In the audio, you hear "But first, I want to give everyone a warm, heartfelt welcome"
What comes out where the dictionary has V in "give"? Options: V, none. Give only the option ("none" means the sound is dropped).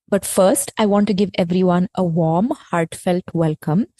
V